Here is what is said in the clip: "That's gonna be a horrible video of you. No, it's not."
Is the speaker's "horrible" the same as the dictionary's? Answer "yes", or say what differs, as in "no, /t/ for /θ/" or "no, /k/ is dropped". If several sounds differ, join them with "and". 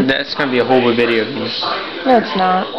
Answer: no, /ɹ/ is dropped